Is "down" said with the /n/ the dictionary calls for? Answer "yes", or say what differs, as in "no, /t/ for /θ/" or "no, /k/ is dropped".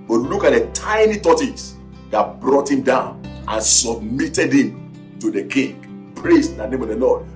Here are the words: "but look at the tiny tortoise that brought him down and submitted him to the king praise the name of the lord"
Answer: yes